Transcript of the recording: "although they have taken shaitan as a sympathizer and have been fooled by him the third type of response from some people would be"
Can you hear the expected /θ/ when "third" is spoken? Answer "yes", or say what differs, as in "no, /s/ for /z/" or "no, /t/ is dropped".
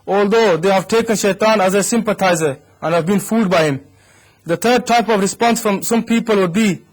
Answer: no, /t/ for /θ/